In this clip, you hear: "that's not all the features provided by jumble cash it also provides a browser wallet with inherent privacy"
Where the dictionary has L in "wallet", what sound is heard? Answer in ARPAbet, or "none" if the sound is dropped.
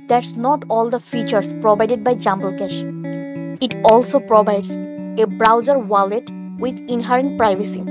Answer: L